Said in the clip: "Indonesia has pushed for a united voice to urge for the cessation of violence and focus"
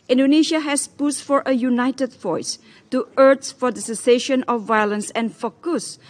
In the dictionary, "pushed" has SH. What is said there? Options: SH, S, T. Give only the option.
S